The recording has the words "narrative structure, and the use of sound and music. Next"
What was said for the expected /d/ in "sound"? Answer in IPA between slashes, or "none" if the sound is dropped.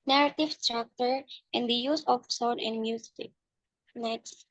none